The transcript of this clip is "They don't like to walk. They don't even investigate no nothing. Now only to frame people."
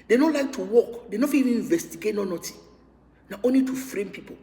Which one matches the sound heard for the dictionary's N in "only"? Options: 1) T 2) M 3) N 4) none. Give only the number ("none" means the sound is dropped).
3